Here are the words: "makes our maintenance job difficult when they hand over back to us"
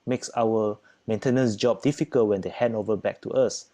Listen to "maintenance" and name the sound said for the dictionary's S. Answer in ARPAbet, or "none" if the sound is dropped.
S